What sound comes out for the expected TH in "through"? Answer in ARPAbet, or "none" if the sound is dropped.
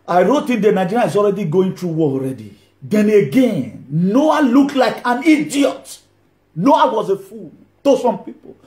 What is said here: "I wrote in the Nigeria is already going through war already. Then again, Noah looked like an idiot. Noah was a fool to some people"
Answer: T